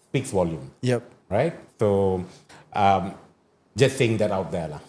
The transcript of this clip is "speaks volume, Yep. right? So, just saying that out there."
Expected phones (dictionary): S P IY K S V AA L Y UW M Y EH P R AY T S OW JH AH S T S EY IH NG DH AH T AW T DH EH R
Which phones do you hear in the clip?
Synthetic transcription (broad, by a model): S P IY K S W AA L Y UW M Y EH P R AY T S OW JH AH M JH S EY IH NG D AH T AW T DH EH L